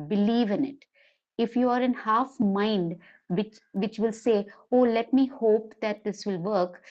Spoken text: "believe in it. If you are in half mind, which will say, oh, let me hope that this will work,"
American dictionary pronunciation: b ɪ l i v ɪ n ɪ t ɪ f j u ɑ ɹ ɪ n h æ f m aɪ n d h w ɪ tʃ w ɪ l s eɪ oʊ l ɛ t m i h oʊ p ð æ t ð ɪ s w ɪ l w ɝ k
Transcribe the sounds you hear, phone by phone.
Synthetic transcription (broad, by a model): b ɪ l i v ɪ n ɪ t ɪ f j u ɑ ɹ ɪ n h æ f m aɪ n d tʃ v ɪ tʃ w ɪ l s eɪ oʊ l ɛ t m i h oʊ p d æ t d ɪ s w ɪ l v ɝ k